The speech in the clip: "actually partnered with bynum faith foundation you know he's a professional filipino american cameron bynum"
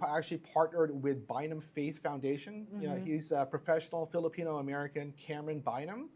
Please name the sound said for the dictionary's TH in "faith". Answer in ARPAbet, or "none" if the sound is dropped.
TH